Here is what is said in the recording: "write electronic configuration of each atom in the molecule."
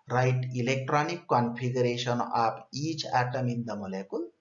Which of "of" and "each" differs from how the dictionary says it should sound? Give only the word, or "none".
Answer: of